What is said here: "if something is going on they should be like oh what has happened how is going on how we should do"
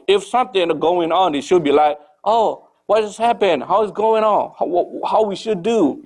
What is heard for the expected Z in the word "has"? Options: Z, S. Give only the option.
S